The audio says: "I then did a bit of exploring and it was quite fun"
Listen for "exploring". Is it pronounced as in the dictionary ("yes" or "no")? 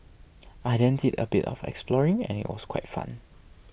yes